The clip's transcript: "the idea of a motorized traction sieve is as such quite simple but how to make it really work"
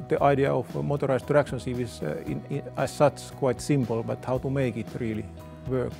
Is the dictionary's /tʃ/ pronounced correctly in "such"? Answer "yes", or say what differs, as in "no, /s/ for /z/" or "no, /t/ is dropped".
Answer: no, /s/ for /tʃ/